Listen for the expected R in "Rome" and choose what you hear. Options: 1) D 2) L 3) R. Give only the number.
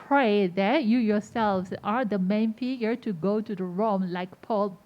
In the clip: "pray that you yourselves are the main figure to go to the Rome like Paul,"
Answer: 3